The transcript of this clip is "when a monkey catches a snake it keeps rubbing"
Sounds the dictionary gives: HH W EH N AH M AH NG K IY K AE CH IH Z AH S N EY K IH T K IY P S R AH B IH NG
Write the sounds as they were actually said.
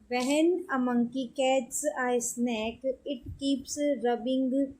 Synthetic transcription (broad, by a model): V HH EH N AH M AH NG K IY K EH S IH AH S N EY K IH T K IY P S R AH B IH NG